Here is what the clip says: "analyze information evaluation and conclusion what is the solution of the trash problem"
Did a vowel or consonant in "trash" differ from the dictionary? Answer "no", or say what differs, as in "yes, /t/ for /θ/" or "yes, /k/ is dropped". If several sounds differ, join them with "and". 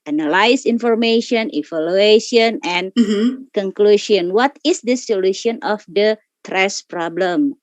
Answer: yes, /s/ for /ʃ/